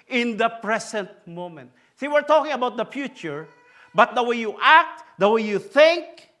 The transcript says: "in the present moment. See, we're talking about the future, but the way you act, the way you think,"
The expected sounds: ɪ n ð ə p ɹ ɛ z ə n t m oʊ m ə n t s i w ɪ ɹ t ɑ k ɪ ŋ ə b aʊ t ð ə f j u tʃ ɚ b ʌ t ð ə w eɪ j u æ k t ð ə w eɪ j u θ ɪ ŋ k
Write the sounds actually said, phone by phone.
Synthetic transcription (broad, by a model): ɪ n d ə p ɹ ɛ s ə n t m oʊ m ə n t s i w ɪ ɹ t ɑ k ɪ ŋ ə b aʊ t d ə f j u tʃ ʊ b ʌ t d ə w eɪ j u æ k t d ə w eɪ j u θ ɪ ŋ k